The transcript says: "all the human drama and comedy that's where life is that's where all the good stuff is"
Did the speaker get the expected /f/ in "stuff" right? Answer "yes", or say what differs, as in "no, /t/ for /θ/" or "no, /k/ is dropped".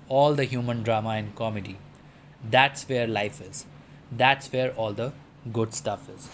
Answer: yes